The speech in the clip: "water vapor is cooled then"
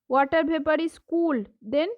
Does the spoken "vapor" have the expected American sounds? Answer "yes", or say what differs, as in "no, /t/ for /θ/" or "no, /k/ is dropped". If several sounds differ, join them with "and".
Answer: no, /b/ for /v/